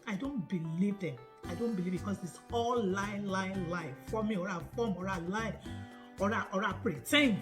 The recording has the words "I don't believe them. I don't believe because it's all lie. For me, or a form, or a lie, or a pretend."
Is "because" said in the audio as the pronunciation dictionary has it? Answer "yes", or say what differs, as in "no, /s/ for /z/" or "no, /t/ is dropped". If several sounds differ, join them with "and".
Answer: no, /s/ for /z/